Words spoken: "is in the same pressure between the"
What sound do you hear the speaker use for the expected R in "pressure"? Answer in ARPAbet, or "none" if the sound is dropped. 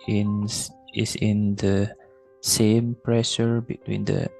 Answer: R